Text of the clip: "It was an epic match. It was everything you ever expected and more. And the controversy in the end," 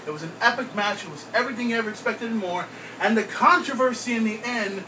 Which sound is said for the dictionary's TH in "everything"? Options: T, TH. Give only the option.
TH